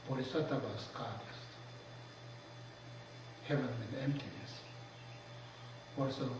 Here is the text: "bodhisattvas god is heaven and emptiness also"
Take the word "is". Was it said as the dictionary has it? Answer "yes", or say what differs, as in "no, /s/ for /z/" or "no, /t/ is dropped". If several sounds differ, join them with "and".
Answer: no, /s/ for /z/